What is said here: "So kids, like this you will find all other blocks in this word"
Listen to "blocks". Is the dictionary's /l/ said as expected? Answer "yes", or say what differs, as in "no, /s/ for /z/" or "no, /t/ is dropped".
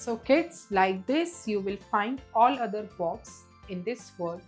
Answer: no, /l/ is dropped